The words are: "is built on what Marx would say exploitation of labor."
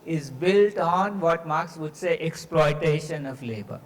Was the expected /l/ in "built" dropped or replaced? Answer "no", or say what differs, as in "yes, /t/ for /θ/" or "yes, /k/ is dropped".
no